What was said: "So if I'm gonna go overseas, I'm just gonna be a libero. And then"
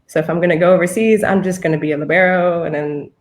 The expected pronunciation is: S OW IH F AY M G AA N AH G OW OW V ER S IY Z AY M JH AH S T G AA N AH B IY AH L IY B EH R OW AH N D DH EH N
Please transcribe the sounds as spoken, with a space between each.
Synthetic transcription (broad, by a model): S OW IH F AY M G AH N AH G OW OW V ER S IY Z AY M JH AH S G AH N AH B IY AH L IY B EH R OW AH N DH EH N